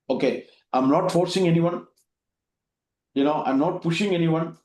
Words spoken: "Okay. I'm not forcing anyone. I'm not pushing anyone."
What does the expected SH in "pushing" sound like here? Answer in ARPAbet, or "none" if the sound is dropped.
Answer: SH